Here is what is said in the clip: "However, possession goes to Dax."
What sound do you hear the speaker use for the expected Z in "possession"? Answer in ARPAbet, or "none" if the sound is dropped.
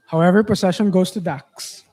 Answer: S